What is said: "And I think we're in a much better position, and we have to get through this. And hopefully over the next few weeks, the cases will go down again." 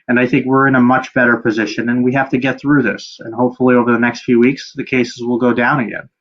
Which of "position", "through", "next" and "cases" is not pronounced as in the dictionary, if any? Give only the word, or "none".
none